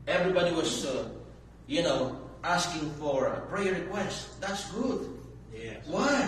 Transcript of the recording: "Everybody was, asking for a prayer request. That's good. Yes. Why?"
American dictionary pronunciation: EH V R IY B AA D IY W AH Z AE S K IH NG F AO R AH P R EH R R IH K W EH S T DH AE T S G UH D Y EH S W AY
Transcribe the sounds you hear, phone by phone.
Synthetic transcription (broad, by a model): EH V R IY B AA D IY W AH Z AE S K IH NG F AO R AH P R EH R R IH K W EH S T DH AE T S G UH D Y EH W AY